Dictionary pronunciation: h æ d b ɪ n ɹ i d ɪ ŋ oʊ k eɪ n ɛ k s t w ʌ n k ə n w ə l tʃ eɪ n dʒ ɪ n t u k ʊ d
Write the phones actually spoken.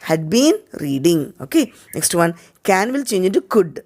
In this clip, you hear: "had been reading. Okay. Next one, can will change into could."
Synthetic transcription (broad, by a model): h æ d b ɪ n ɹ i d ɪ ŋ oʊ k eɪ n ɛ k s t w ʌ n k ə n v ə l tʃ eɪ n dʒ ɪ t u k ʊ d